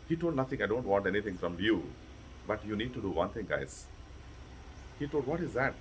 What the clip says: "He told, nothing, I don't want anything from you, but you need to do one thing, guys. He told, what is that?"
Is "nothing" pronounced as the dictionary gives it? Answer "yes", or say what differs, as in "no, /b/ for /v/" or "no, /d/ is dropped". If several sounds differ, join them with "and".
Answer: no, /t/ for /θ/